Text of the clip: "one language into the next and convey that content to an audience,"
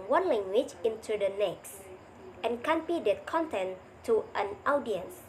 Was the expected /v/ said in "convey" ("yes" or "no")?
no